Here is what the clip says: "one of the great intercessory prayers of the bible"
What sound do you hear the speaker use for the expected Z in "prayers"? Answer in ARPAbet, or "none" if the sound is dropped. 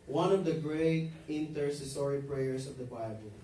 S